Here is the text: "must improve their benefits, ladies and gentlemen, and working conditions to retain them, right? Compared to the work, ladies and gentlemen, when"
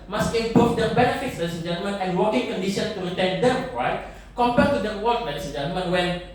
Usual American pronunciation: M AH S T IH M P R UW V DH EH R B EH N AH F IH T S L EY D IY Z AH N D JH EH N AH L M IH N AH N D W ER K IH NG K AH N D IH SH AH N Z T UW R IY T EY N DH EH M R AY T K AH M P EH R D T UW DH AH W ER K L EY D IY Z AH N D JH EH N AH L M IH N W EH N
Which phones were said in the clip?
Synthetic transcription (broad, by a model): M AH S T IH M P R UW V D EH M B EH N AH F IH T S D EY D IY S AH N JH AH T M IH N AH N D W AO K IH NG K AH N D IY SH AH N T UW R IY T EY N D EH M R AY T K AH M P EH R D T UW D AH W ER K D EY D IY S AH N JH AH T M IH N W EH N